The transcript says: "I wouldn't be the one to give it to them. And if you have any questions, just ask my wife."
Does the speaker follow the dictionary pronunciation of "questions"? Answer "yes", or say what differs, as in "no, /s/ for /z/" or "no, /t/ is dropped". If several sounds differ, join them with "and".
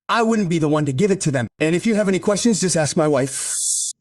yes